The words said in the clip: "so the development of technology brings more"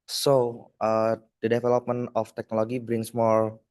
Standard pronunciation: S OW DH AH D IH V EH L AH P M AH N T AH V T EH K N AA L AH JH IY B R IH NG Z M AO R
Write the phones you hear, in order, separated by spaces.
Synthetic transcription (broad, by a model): S OW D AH D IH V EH L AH P M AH N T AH F T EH K N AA L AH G IY B R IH NG S M AO R